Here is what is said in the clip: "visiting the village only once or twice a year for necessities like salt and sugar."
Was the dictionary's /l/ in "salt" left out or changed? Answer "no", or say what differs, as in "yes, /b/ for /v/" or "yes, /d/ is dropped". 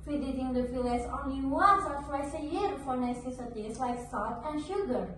yes, /l/ is dropped